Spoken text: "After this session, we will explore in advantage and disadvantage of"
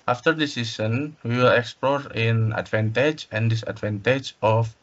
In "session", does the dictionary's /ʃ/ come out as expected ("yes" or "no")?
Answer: no